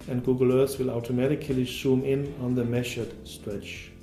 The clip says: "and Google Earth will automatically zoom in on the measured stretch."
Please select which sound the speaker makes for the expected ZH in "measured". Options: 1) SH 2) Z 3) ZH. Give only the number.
1